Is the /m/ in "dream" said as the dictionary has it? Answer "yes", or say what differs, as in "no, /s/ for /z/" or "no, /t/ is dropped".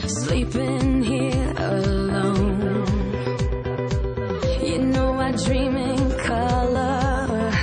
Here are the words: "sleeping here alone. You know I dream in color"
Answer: yes